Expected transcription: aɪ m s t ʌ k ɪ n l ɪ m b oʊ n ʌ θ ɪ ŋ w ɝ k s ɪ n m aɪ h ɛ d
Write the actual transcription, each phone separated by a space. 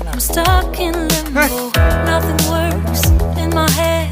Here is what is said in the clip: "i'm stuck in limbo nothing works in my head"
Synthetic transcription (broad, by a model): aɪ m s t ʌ k ɪ n l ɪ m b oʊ n ʌ θ ɪ ŋ w ɝ s ɪ n m aɪ h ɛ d